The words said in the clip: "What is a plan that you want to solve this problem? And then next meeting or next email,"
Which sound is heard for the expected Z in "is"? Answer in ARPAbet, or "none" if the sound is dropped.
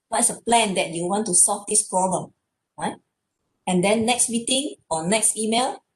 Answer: S